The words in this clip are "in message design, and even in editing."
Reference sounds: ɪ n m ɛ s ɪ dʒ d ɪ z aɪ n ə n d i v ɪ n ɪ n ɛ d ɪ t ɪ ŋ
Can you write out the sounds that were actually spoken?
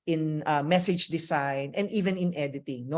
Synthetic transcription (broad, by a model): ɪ n m ɛ s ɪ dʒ d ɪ s aɪ n ə n d i v ɪ n ɪ n ɛ d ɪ t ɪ ŋ